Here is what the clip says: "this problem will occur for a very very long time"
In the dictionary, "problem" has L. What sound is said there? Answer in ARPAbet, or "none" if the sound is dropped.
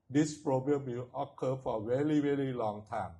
none